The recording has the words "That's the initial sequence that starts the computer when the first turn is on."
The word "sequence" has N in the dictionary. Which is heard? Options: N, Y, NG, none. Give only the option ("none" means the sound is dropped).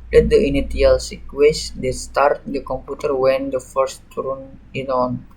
none